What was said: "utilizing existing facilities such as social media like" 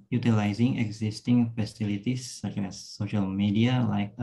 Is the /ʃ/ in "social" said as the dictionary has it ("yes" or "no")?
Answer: yes